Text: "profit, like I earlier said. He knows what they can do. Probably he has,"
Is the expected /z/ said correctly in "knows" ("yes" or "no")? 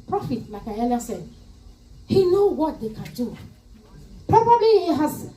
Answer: no